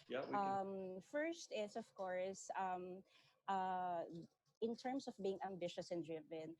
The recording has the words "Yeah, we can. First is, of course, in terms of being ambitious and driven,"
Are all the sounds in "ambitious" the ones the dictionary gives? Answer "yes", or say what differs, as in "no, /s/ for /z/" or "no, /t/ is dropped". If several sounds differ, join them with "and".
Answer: yes